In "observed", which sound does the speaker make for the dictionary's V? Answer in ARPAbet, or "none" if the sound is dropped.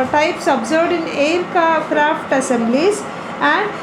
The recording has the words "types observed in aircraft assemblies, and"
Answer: none